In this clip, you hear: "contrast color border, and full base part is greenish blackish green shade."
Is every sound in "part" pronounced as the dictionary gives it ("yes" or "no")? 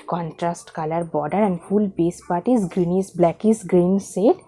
yes